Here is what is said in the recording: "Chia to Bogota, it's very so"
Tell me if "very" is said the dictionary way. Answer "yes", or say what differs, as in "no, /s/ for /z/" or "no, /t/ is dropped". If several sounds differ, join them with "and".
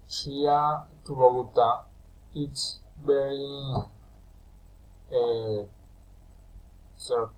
no, /b/ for /v/